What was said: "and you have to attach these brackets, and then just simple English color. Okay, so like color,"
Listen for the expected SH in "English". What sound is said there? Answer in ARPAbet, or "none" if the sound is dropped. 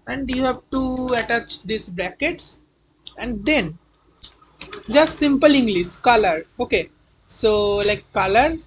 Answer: S